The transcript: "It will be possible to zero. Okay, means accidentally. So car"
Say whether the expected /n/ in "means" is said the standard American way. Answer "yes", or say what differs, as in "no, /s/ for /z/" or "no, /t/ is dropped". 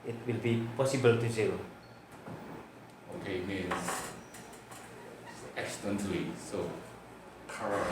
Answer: no, /n/ is dropped